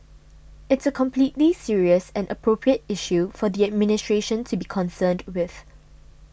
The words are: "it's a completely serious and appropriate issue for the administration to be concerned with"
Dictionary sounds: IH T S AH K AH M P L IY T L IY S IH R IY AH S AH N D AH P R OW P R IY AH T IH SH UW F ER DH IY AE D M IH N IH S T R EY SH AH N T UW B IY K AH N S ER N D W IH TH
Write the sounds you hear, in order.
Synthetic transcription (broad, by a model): IH T S AH K AH M P L IY T L IY S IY R IY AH S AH N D AH P R OW P R IY AH T IH SH UW F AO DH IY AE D M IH N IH S T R EY SH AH N T UW B IY K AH N S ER N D W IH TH